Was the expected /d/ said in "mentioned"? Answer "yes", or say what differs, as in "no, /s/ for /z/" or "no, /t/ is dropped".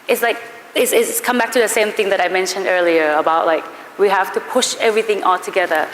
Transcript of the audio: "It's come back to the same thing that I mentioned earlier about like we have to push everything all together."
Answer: yes